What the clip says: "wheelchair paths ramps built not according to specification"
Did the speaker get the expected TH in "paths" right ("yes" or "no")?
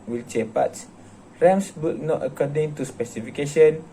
no